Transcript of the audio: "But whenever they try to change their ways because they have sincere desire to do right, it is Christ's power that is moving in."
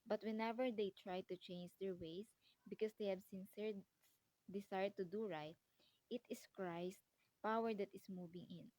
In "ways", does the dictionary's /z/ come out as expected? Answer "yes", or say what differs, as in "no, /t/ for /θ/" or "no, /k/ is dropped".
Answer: no, /s/ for /z/